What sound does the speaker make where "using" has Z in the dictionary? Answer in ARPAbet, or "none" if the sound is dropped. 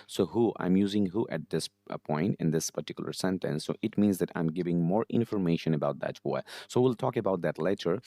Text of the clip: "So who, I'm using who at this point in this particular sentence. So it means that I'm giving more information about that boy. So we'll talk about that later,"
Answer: Z